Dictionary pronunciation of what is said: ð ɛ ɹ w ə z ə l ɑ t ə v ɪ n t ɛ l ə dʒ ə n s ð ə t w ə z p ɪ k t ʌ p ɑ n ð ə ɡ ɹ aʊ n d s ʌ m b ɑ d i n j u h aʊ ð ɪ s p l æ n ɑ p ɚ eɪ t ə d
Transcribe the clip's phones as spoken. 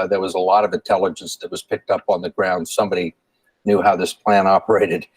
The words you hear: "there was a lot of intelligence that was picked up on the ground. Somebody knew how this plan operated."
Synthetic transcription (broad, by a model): ð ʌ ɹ w ə z ə l ɑ t ə v ɪ n t ɛ l ə dʒ ə n s ð ə t w ə z p ɪ k t ʌ p n ð ə ɡ ɹ aʊ n d s ʌ m b ɑ d i n j u h aʊ ð ɪ s p l æ n ɑ p ɚ eɪ t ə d